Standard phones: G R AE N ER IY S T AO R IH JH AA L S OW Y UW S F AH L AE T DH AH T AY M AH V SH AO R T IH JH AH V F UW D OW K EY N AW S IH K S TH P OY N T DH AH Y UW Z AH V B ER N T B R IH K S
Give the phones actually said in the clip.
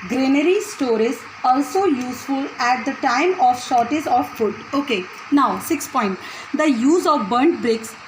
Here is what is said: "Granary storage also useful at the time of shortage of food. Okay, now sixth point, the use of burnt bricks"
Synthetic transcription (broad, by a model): G R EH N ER IY S T AO R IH Z AA L S OW Y UW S F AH L AE T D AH T AY M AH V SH AO R T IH Z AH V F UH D OW K EY N AW S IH K S P OY N T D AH Y UW Z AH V B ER N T B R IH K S